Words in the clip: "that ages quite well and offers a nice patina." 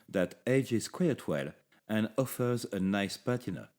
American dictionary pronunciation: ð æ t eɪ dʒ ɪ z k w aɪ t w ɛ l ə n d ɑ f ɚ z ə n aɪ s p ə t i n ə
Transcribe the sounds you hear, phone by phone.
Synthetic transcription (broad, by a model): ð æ t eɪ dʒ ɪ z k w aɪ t w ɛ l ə n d ɑ f ɚ z ə n aɪ s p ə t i n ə